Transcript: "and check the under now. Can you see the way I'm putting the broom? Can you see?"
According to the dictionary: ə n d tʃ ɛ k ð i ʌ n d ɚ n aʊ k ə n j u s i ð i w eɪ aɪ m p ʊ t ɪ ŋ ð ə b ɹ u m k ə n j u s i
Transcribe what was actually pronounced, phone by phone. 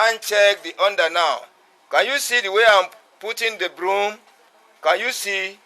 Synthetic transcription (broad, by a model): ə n tʃ ɛ k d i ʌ n d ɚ n aʊ k ə n j u s i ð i w eɪ aɪ m p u t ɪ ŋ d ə b ɹ u m k ə n j u s i